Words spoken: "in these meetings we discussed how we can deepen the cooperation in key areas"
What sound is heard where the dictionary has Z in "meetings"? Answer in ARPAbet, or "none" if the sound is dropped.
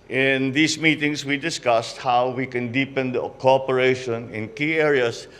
S